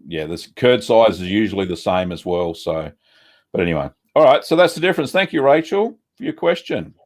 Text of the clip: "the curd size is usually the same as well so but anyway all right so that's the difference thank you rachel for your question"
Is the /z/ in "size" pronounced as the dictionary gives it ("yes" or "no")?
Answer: yes